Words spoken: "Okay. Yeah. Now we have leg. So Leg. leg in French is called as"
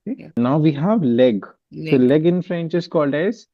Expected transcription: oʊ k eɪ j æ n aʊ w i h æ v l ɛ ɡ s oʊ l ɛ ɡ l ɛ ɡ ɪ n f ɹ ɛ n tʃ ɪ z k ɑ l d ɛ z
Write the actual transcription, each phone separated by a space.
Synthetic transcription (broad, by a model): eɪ n aʊ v i h æ v l ɛ ɡ s oʊ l l ɛ ɡ ɪ n f ɹ ɛ n tʃ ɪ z k ɑ l d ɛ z